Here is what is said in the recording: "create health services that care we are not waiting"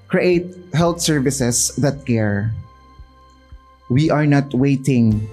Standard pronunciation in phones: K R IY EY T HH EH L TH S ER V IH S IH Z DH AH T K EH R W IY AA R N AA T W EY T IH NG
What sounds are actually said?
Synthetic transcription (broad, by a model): K R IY EY T HH EH L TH S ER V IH S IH S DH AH T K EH R W IY AA R N AA T W EY T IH NG